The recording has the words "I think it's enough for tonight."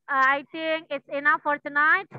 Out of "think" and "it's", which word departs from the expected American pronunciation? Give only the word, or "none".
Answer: think